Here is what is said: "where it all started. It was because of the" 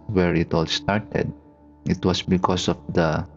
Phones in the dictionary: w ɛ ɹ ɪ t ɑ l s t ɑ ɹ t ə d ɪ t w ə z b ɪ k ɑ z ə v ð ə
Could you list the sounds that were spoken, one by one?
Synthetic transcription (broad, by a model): w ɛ ɹ ɪ t ɑ l s t ɑ ɹ t ə d ɪ t w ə s b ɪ k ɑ s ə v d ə